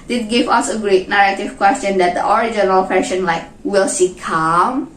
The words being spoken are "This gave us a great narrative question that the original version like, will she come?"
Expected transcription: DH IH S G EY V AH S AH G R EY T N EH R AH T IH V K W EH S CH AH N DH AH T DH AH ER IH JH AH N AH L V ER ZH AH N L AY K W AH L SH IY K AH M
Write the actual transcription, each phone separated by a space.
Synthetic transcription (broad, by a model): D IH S G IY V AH S AH G R EY T N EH R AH T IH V K W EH S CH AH N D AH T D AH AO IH JH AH N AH L F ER SH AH N L AY K W AH L S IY K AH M